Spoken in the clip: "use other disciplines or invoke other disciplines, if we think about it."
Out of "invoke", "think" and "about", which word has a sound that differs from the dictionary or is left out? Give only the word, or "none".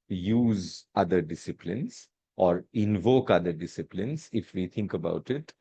think